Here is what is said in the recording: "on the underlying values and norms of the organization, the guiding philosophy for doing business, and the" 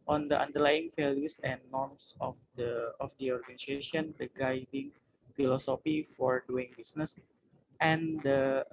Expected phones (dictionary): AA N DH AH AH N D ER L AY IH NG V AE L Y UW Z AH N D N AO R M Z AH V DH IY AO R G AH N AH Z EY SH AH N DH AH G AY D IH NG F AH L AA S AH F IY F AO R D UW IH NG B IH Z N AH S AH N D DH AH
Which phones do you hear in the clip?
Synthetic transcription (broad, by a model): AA N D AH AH N D ER L AY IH NG F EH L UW S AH N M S AO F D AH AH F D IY AO R G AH N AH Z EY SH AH N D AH G AY D IH NG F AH L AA S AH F IY F AO R D UW IH NG B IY S N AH S AH N D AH